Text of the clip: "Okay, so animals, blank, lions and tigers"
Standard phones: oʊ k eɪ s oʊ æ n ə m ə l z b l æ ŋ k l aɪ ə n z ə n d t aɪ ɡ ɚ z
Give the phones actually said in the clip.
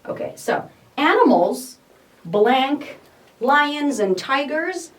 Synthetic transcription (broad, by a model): oʊ k eɪ s oʊ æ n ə m l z b l æ ŋ k l aɪ ə n z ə n t aɪ ɡ ɚ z